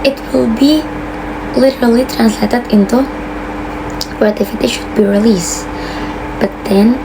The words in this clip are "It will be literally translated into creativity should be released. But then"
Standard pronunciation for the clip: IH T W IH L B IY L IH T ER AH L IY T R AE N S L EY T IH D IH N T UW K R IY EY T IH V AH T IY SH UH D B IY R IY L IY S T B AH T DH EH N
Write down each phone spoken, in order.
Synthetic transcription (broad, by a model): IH T W IH L B IY L IH T ER AH L IY T R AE N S L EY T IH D IH N T UW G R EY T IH F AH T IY SH UH D B IY R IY L IY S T B AH T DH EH N